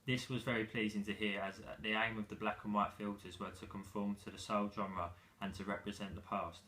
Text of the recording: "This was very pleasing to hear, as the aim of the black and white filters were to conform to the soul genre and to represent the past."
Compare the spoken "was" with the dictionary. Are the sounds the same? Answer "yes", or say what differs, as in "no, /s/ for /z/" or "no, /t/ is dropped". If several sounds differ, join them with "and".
yes